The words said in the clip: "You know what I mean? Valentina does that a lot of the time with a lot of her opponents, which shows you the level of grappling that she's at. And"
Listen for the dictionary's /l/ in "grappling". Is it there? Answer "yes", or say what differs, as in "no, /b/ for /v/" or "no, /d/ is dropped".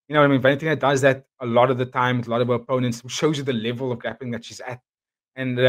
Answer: no, /l/ is dropped